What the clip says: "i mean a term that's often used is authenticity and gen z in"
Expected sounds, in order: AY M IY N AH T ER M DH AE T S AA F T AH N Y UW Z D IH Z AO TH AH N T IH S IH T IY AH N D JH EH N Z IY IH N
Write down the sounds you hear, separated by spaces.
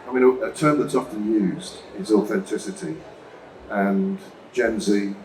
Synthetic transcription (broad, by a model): AY M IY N AH T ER M DH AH T S AA F T AH N Y UW Z D IH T AO TH AH N T IH S IH T IY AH N JH EH N Z IY